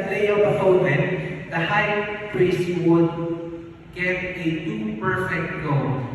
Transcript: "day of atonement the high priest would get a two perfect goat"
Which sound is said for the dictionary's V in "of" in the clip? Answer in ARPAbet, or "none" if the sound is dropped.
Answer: B